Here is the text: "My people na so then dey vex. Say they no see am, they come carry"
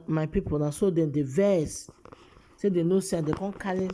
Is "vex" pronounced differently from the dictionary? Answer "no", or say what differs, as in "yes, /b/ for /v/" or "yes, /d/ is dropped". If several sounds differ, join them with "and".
yes, /k/ is dropped